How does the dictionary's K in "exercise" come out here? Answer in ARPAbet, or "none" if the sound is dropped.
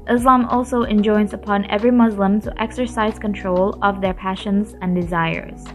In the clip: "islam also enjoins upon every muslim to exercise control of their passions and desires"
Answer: K